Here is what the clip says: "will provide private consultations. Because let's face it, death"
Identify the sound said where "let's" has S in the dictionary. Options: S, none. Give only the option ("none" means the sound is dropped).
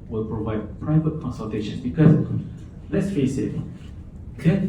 S